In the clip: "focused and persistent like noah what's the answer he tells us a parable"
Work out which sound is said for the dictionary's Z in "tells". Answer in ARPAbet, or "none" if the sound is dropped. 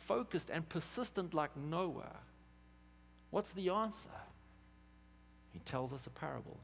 Z